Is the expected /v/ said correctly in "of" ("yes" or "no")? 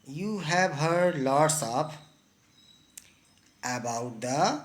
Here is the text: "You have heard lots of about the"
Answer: no